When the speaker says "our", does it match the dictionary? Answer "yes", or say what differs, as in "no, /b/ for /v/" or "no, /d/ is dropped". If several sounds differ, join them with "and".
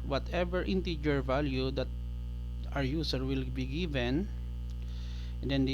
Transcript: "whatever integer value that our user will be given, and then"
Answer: yes